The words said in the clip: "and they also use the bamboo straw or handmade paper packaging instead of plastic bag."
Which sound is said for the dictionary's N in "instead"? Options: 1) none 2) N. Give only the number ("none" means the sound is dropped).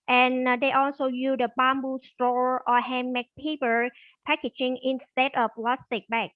2